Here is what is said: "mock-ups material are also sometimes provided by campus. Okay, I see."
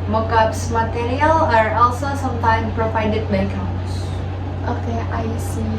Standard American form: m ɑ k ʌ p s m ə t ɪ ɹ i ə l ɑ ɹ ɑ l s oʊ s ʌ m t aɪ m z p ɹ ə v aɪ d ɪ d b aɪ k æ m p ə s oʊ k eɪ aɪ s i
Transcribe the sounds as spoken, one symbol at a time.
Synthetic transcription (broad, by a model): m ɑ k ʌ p s m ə t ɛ ɹ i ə l ɑ ɹ ɑ l s oʊ s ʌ m t aɪ m p ɹ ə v aɪ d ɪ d b aɪ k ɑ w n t s oʊ k eɪ aɪ s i